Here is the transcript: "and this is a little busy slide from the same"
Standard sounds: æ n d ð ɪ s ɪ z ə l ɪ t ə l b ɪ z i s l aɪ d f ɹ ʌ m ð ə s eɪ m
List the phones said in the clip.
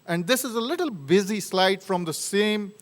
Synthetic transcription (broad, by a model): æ n d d ɪ s ɪ z ə l ɪ t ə l b ɪ z i s l aɪ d f ɹ ʌ m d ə s eɪ m